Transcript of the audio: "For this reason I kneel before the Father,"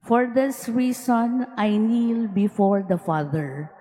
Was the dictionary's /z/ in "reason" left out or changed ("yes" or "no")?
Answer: yes